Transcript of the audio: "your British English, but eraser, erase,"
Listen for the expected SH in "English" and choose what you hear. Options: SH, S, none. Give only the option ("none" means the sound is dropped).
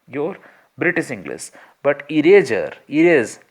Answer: S